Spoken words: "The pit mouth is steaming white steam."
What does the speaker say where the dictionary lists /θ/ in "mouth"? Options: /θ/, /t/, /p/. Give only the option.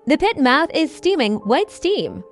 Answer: /θ/